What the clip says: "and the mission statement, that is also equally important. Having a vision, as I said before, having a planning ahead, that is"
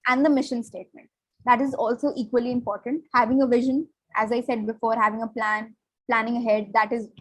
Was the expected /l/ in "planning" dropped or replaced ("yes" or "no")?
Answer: no